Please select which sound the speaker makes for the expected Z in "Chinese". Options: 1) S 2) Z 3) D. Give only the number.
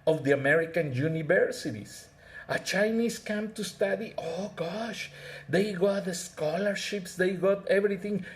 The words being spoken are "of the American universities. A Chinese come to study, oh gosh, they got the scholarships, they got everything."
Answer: 1